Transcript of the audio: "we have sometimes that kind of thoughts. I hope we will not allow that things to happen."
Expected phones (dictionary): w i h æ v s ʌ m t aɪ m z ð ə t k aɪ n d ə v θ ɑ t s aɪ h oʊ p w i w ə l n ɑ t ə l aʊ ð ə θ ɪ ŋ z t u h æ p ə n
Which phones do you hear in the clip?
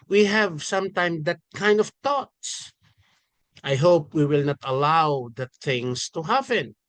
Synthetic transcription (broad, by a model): w i h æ v s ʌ m t aɪ m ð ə t k aɪ n d ə v t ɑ t s aɪ h oʊ p w i w ə l n ɑ t ə l aʊ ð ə t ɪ ŋ s t u h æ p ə n